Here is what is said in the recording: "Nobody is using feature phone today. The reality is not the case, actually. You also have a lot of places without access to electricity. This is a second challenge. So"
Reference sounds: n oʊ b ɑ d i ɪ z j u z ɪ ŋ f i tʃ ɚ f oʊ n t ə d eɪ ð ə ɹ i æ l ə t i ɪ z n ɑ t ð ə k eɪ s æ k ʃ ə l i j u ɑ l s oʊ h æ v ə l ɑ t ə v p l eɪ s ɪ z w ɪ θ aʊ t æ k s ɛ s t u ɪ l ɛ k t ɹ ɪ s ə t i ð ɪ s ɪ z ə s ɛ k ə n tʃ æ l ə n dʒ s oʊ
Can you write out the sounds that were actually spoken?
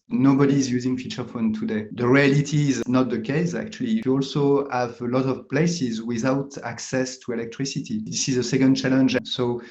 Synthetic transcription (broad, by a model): n oʊ b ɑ d i z j u z ɪ ŋ f i tʃ ɚ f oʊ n t ə d eɪ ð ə ɹ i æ l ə t i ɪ z n ɑ t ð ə k eɪ s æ k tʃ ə l i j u ɑ l s oʊ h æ v ə l ɑ t ə v p l eɪ s ɪ z w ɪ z aʊ t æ k s ɛ s t u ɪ l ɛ k t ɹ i s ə t i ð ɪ s ɪ z ə s ɛ k ə n tʃ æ l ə n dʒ s oʊ